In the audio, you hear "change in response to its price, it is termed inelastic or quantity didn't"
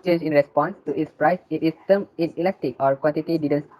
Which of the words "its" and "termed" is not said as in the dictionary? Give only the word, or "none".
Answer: termed